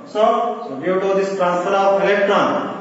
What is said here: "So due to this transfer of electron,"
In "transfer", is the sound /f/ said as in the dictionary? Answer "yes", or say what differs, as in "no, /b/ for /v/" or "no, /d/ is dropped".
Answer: no, /f/ is dropped